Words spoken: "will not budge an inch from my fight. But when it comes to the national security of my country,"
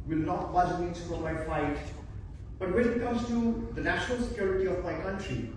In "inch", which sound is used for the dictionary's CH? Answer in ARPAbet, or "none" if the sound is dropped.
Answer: S